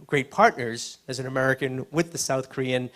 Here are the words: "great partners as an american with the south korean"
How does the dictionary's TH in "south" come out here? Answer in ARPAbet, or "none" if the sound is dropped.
TH